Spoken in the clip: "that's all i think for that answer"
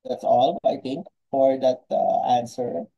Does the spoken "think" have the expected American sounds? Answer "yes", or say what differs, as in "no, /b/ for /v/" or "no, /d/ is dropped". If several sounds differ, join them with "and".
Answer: no, /t/ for /θ/